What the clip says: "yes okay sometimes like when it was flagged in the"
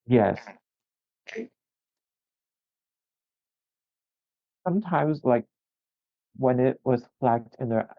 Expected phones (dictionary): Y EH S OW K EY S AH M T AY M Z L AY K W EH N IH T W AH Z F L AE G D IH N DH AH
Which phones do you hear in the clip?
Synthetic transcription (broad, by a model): Y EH S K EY S AH M T AY M Z L AY K W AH N IH T W AH Z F L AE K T IH N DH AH